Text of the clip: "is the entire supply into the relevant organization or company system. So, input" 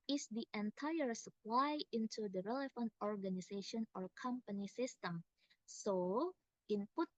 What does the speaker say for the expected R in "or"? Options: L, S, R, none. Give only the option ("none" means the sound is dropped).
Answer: R